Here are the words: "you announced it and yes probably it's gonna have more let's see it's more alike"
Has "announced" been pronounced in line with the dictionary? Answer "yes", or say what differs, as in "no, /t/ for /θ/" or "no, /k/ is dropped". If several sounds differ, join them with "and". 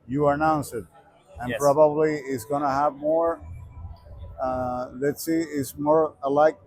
no, /t/ is dropped